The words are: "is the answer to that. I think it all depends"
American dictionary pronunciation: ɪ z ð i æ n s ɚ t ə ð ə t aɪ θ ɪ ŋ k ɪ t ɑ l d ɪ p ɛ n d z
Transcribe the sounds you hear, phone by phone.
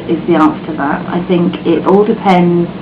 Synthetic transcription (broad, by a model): ɪ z ð i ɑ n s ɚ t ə ð ə t aɪ θ ɪ ŋ k ɪ t ɑ l d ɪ p ɛ n d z